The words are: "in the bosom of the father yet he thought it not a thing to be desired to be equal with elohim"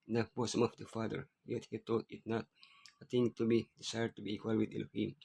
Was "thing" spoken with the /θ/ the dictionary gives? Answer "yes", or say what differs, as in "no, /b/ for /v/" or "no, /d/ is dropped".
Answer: no, /t/ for /θ/